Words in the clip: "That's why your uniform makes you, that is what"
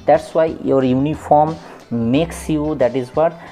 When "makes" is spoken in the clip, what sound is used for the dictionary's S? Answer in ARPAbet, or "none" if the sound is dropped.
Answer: S